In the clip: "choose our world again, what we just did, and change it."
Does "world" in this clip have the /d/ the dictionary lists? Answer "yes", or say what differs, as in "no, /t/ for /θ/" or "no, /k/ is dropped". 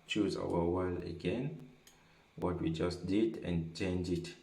no, /d/ is dropped